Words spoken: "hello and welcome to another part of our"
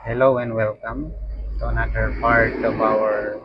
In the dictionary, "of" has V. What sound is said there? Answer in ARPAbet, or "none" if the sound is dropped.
B